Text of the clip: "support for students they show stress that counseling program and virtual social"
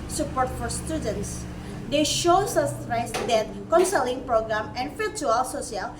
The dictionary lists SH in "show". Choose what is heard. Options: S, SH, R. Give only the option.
SH